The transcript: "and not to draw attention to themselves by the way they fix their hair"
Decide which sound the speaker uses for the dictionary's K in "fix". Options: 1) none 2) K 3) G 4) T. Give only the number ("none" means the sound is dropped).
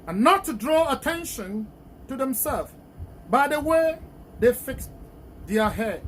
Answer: 2